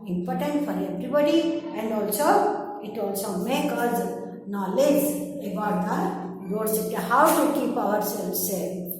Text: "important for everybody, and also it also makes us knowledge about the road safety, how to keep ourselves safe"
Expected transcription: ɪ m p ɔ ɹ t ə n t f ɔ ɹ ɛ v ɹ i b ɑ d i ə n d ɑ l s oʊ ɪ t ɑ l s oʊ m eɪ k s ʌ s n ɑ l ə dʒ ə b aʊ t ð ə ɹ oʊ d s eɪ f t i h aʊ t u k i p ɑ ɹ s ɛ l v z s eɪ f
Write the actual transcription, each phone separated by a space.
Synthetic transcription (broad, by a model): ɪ m p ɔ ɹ t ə n t f ɔ ɹ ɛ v ɹ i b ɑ d i ə n d ɑ l s oʊ ɪ t ɑ l s oʊ m eɪ k ʌ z n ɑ l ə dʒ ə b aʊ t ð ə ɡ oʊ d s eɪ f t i h aʊ t u k i p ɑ ɹ s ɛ l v s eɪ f